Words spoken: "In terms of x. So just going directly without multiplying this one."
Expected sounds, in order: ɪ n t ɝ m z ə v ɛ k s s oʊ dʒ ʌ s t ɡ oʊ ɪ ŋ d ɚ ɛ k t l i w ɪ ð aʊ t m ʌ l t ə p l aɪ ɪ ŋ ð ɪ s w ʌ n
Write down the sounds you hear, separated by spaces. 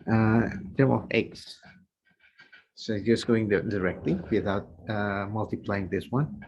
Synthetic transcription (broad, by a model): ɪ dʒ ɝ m ə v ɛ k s s oʊ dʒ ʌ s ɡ oʊ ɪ ŋ d ɚ ɛ k t l i w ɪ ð aʊ t m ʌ l t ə p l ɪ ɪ ŋ ð ɪ s w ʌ n